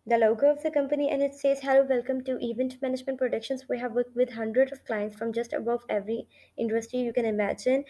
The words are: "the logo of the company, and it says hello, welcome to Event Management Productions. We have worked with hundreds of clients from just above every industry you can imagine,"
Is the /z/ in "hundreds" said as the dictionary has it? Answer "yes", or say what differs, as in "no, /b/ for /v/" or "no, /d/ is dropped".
no, /z/ is dropped